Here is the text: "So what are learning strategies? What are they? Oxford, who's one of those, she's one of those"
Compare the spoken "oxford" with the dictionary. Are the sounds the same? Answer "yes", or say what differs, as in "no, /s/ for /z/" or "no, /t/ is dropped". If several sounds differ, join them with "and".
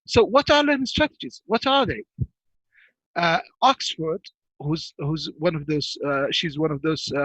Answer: yes